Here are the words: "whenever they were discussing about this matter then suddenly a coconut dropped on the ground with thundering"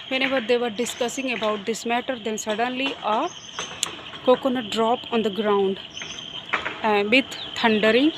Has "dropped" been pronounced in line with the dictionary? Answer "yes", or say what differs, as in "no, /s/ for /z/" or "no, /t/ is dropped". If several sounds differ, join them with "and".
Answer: no, /t/ is dropped